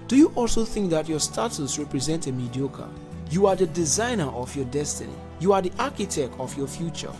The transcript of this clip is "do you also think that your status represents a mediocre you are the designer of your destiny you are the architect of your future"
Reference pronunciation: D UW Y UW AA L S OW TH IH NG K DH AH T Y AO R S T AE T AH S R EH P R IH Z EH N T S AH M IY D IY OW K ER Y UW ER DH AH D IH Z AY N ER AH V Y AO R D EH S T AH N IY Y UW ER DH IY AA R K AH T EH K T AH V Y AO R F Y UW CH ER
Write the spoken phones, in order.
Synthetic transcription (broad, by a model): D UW Y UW AA L S OW TH IH NG K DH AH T Y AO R S T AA T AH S R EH P R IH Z EH N T AH M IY D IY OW K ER Y UW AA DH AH D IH Z AY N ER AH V Y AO D EH S T AH N IY Y UW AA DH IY AA K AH T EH K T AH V Y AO F Y UW CH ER